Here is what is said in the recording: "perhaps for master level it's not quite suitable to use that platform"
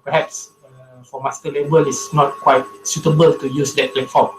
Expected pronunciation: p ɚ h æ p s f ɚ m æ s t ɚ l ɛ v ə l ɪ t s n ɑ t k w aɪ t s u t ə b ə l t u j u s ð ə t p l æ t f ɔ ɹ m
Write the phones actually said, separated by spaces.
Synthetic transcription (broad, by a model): p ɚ h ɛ p s f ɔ m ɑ s t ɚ l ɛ b ə l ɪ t s n ɑ t k w aɪ t s u t ə b ə l t u j u s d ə t p l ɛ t f ɔ m